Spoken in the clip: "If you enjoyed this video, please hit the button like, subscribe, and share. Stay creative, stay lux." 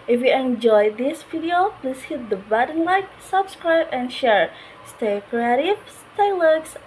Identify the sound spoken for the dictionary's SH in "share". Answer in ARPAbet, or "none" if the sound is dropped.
SH